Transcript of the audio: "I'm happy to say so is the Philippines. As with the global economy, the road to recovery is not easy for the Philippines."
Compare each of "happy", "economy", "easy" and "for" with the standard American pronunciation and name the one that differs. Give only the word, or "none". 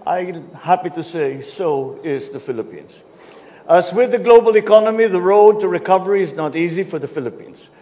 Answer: none